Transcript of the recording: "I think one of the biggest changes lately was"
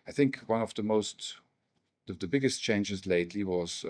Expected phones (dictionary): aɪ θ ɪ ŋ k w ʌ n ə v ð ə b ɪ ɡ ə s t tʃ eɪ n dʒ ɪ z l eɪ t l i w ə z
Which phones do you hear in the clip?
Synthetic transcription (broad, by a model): aɪ θ ɪ ŋ k w ʌ n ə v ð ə b ɪ ɡ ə s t tʃ eɪ n dʒ ɪ z l eɪ t l i w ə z